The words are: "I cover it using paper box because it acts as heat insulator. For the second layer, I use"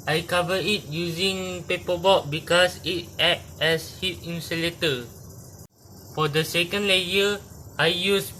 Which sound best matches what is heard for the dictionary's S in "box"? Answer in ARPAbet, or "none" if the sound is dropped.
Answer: none